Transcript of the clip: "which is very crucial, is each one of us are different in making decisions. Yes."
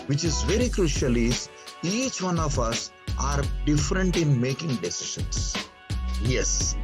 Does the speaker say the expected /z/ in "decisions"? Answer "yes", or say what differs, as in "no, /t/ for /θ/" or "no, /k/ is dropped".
no, /s/ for /z/